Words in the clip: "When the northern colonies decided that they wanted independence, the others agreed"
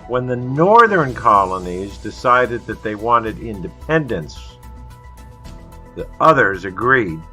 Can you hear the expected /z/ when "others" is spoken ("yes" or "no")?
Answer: yes